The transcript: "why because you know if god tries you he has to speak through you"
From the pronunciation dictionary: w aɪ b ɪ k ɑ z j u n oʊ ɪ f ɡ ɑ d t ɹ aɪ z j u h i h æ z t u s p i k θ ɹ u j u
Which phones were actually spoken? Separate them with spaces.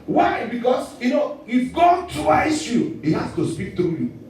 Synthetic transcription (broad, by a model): w aɪ b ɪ k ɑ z j u n oʊ ɪ f ɡ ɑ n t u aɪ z j u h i h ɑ s t u s p i k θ ɹ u j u